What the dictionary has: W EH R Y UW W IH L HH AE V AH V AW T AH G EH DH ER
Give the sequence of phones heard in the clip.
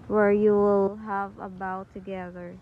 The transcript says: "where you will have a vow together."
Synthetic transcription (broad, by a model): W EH R Y UW W IH L HH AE V AH B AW T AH G EH DH ER